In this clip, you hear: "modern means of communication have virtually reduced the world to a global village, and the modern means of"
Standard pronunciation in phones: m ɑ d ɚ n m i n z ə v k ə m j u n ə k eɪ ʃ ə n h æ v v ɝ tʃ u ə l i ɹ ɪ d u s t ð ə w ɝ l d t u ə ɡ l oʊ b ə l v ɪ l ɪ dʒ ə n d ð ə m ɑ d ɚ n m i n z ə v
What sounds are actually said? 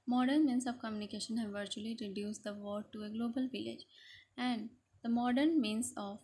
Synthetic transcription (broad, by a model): m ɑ d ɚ n m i n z ə v k ə m j u n ə k eɪ ʃ ə n h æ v v ɝ tʃ u ə l i ɹ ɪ d u s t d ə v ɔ d t u ə ɡ l oʊ b ə l v ɪ l ɪ dʒ ə n d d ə m ɑ d ɚ n m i n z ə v